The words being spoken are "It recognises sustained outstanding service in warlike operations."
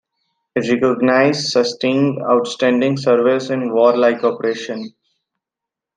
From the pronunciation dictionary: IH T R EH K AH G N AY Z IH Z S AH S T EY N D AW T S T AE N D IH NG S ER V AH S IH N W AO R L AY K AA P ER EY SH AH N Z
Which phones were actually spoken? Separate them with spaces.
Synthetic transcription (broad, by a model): IH T R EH K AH G N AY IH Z S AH S T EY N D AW T S T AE N D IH NG S ER V AH S IH N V AO R L AY K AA P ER EY SH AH N